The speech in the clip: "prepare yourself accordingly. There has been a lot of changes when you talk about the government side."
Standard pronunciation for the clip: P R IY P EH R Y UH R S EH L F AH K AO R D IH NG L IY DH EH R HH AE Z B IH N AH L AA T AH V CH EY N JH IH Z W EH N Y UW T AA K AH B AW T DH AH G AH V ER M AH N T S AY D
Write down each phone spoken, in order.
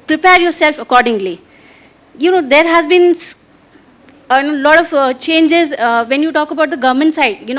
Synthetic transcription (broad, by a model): P R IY P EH R Y UH R S EH L F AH K AO R D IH NG L IY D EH R HH AE Z B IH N AH L AA T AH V CH EY N JH IH Z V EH N Y UW T AA K AH B AW T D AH G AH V M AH N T S AY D